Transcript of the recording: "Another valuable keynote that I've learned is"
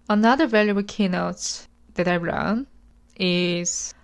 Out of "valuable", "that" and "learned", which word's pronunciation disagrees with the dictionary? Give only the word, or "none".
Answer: learned